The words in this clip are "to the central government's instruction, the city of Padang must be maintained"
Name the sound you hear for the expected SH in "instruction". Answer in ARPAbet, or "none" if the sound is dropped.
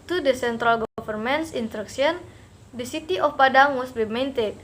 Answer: S